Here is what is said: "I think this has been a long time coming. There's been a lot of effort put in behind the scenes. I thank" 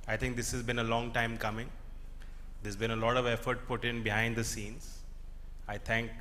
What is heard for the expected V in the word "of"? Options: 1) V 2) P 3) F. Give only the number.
1